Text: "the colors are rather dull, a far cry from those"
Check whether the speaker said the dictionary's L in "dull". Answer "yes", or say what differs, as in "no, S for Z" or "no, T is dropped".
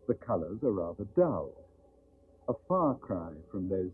yes